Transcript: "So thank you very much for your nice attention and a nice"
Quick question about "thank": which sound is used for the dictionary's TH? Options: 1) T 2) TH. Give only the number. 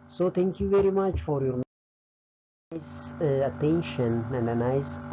1